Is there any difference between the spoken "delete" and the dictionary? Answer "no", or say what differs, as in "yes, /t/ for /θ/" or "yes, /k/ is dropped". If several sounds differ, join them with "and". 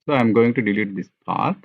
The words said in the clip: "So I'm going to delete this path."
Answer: no